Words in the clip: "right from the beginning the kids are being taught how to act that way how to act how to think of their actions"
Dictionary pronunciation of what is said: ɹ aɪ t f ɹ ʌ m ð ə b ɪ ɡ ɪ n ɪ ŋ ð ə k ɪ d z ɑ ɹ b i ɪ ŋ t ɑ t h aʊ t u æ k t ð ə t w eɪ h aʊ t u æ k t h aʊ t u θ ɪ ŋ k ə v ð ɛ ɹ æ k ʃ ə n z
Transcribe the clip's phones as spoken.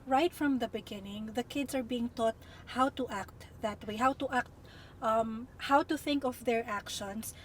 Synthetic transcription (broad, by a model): ɹ aɪ t f ɹ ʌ m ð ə b ɪ ɡ ɪ n ɪ ŋ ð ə k ɪ d s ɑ ɹ b i ɪ ŋ t ɑ t h aʊ t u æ k t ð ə t w eɪ h aʊ t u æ k t h aʊ t u θ ɪ ŋ k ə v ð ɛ ɹ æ k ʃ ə n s